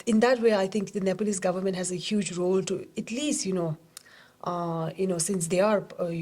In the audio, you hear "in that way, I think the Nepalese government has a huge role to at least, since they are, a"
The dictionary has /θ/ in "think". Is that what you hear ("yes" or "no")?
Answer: no